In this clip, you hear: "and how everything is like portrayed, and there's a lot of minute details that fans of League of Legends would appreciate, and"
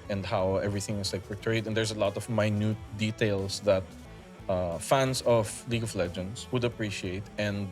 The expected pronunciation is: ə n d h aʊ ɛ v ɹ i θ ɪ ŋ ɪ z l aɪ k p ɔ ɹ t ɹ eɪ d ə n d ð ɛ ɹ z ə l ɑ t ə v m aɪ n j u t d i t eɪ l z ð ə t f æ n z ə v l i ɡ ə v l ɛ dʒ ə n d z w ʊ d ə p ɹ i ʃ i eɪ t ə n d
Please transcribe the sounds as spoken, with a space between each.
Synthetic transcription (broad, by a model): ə n d h aʊ ɛ v ɹ i θ ɪ ŋ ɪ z l aɪ k p ɔ ɹ t ɹ eɪ d ə n d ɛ ɹ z ə l ɑ t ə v m aɪ n j u t d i t eɪ l s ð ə t f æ n s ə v l i ɡ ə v l ɛ dʒ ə n d s w ʊ d ə p ɹ i ʃ i eɪ t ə n d